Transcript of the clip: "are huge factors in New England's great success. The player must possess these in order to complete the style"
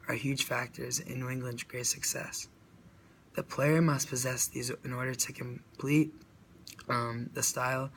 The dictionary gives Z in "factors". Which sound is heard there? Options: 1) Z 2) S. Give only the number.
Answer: 1